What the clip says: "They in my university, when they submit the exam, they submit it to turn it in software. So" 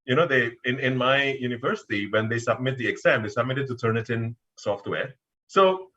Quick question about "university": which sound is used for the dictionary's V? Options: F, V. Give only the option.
V